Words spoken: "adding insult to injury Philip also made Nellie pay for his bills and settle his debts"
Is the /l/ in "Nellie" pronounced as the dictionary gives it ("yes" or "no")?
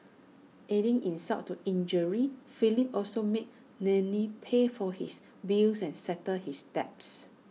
no